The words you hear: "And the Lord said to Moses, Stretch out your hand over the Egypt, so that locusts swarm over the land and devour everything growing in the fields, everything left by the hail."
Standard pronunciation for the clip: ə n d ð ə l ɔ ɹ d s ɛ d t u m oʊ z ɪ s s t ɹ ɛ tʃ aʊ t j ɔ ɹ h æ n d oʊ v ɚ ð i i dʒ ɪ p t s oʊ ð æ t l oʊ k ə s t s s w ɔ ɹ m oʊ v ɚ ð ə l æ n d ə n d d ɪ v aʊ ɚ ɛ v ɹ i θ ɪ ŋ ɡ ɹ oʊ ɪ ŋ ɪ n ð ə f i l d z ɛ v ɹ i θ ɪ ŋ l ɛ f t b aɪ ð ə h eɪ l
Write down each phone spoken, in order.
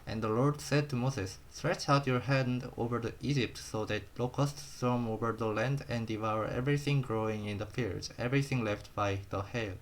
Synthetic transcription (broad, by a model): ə n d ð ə l ɔ ɹ d s ɛ d t u m oʊ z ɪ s s t ɹ ɛ tʃ aʊ t j ɔ ɹ h æ n d oʊ v ɚ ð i i dʒ ɪ p t s oʊ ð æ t l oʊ k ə s t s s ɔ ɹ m oʊ v ɚ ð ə l æ n d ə n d d ɪ v aʊ ɚ ɛ v ɹ i θ ɪ ŋ ɡ ɹ oʊ ɪ ŋ ɪ n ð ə f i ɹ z ɛ v ɹ i θ ɪ ŋ l ɛ f t b aɪ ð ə h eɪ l